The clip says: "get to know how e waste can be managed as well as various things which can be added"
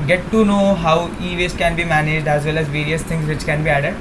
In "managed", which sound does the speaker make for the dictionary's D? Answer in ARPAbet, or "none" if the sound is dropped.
D